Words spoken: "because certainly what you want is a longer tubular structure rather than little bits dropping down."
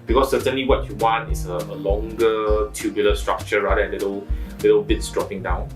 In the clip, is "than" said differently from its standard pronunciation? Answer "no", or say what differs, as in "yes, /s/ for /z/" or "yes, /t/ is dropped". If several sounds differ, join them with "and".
yes, /l/ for /n/